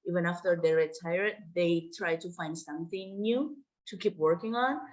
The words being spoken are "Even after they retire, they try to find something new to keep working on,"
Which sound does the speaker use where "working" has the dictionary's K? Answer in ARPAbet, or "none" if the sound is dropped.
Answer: K